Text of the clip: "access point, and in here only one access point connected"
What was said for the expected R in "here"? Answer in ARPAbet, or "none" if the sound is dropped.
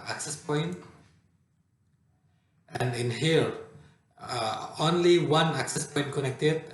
L